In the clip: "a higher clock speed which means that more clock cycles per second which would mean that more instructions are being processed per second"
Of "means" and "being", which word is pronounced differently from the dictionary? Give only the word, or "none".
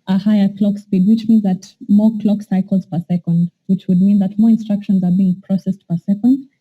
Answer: none